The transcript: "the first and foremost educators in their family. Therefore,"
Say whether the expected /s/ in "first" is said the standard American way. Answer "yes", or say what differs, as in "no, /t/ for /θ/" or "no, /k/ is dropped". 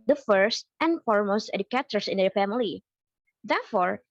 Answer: yes